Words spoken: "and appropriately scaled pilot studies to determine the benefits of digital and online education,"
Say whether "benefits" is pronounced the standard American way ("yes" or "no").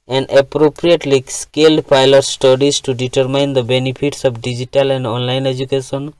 no